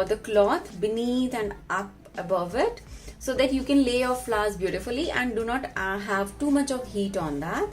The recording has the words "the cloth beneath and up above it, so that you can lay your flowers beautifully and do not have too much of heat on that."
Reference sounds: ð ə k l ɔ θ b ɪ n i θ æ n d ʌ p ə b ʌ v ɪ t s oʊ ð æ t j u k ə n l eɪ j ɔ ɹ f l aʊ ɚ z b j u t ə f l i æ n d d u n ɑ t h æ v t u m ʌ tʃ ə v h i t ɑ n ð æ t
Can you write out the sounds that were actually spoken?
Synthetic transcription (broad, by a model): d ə k l ɔ t b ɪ n i t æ n d ʌ p ə b ʌ v ɪ t s oʊ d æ t j u k ə n l eɪ j ɔ ɹ f l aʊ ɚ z b j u t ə f l i æ n d d u n ɑ t h æ v t u m ʌ tʃ ə v h i t ɑ n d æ t